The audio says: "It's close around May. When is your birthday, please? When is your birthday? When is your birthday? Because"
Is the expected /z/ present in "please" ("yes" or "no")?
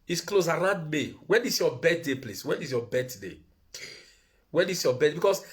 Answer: no